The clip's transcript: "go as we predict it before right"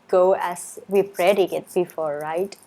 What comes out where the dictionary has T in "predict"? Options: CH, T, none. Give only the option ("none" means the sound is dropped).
none